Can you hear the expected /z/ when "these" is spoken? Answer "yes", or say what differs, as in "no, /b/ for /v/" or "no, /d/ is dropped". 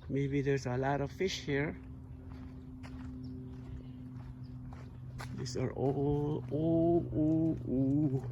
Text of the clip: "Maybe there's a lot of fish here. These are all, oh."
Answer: no, /s/ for /z/